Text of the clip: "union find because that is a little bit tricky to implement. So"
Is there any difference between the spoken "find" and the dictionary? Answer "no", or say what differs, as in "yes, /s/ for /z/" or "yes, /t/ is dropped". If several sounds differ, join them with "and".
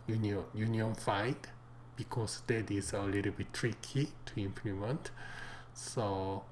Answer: yes, /n/ is dropped